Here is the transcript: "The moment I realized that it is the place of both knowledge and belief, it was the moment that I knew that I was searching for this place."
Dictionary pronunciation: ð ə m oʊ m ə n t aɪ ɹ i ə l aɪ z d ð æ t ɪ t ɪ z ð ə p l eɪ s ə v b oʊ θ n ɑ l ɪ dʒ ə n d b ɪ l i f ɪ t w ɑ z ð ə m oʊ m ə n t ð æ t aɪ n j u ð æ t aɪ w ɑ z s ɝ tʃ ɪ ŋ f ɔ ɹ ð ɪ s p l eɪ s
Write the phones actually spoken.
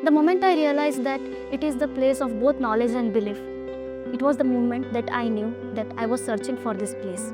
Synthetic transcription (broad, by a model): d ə m oʊ m ə n t aɪ ɹ i ə l aɪ z d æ t ɪ t ɪ z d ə p l eɪ s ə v b oʊ t n ɑ l ɪ dʒ ə n d b ɪ l i f ɪ t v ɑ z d ə m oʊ m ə n t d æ t aɪ n j u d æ t aɪ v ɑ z s ɝ tʃ ɪ ŋ f ɔ ɹ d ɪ s p l eɪ s